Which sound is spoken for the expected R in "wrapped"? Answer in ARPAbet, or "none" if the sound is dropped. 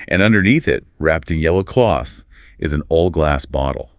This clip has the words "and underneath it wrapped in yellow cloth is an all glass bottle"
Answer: R